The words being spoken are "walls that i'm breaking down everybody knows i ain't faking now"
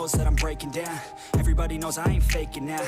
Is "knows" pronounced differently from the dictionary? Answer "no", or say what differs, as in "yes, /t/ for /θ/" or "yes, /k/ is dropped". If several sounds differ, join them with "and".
no